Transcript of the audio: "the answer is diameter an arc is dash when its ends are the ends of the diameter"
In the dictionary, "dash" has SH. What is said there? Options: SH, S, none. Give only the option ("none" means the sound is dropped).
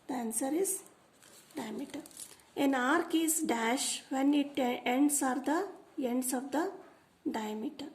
SH